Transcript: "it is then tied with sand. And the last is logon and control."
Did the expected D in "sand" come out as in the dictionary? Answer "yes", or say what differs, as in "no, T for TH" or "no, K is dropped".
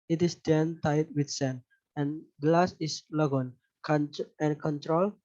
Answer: no, D is dropped